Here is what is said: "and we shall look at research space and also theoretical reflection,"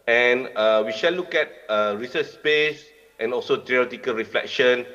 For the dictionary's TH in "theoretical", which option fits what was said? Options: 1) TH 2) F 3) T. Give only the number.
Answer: 3